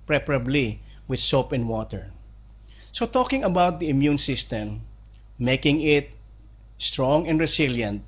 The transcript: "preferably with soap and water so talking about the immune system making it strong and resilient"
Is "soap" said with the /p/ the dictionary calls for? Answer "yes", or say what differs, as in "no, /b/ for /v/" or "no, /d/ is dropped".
yes